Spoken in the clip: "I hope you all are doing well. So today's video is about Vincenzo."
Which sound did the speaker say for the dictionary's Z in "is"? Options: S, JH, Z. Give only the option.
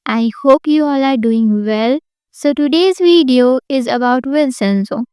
Z